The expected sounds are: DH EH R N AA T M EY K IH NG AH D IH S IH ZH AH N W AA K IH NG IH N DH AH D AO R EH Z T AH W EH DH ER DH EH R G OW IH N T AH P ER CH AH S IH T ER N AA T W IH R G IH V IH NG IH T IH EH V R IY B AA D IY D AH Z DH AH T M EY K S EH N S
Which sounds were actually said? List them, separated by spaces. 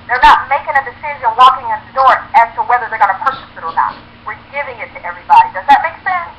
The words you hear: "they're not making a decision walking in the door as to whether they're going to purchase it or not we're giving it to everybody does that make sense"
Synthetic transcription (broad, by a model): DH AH R N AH T M EY K IH NG AH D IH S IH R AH W AA K IH NG IH N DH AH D AO R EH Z T AH W EH DH ER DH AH R G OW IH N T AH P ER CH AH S IH T ER N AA T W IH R G IH V IH NG IH T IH EH V R IY B AA D IY D AH Z DH AH T M EY K S EH N S